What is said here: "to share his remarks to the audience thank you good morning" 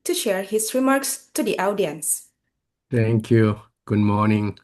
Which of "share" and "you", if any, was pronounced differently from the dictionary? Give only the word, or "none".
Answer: none